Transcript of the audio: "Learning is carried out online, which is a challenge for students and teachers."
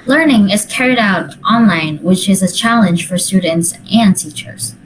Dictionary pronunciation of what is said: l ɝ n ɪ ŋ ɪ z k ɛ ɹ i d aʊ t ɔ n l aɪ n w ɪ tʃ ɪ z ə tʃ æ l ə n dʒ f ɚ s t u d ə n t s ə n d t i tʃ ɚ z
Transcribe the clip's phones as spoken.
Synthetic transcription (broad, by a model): l ɝ n ɪ ŋ ɪ z k ɛ ɹ i d aʊ t ɔ n l aɪ n w ɪ tʃ ɪ z ə tʃ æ l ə n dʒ f ɚ s t u d n t s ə n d t i tʃ ɚ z